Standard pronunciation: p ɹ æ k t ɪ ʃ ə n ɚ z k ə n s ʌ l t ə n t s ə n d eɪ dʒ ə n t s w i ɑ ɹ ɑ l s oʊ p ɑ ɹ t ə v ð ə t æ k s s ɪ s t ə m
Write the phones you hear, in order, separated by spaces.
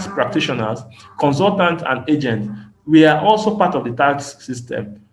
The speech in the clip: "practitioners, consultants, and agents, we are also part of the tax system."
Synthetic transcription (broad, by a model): p ɹ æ k t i ʃ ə n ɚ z k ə n s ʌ l t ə n t ə n d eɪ dʒ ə n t w i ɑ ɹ ɑ l s oʊ p ɑ t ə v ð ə t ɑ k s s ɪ s t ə m